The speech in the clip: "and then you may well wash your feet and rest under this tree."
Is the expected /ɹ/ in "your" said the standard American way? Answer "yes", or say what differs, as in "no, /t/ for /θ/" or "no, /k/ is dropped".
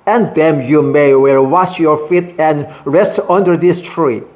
yes